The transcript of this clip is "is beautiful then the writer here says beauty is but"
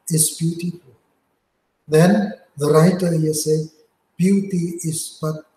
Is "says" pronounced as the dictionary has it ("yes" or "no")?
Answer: no